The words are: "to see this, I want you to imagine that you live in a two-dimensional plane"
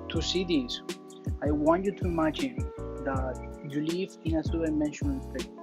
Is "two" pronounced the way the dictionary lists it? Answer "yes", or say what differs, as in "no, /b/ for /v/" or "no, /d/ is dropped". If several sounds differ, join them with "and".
no, /s/ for /t/